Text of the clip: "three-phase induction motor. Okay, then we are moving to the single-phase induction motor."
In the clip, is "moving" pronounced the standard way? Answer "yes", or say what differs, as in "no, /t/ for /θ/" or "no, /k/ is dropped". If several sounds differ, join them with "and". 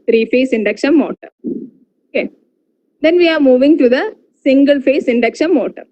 yes